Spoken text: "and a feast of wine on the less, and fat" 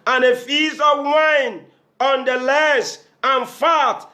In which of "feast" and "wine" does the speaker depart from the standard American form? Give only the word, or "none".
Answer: feast